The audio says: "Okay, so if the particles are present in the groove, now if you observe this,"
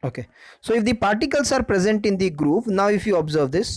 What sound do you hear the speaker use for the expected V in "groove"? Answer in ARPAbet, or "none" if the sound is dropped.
P